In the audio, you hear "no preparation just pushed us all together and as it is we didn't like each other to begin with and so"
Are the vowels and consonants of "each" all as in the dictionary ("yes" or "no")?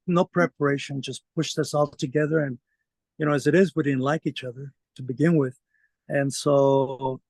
yes